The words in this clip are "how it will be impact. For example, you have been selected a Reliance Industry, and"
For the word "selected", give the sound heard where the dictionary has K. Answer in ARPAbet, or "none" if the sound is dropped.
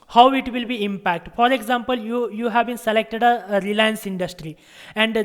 K